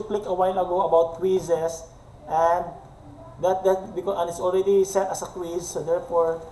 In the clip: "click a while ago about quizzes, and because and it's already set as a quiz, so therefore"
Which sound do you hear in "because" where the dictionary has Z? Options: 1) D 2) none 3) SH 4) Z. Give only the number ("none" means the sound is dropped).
2